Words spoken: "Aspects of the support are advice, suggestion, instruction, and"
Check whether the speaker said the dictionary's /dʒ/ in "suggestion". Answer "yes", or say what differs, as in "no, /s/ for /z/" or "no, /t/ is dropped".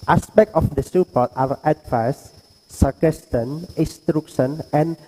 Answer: no, /dʒ/ is dropped